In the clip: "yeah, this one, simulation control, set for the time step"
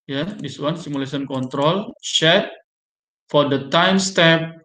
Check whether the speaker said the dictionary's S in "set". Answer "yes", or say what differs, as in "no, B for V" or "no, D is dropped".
no, SH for S